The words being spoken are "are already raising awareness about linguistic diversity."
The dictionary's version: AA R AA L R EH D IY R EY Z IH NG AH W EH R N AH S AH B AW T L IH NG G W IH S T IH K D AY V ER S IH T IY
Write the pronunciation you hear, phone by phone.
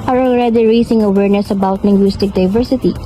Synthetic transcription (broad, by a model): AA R AA L R EH D IY R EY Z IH NG AH W EH R N AH S AH B AW T N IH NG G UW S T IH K D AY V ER S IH T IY